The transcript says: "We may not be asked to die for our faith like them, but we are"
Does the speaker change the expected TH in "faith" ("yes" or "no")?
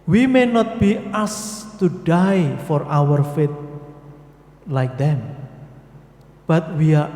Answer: yes